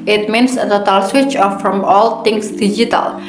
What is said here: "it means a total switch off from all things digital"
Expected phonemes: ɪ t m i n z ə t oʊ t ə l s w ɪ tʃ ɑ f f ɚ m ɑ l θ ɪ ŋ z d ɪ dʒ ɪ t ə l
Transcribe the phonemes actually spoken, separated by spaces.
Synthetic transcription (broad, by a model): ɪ t m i n s ə t oʊ t ə l s w ɪ tʃ ɑ f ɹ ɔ m ɑ l t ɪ ŋ s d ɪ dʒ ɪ t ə l